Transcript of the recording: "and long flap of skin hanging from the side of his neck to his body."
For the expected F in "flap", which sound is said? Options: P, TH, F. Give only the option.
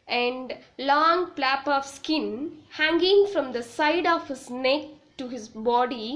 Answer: P